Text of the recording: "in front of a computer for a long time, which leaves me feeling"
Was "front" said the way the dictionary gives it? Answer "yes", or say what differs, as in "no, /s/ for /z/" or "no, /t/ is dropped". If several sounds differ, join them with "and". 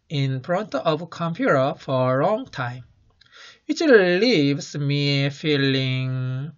no, /p/ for /f/